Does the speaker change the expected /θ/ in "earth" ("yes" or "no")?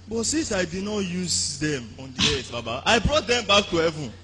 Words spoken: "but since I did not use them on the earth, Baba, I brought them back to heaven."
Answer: yes